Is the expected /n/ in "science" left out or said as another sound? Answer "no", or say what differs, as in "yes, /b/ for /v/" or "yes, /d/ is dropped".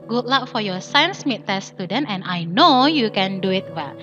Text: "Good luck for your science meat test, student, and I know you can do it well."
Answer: no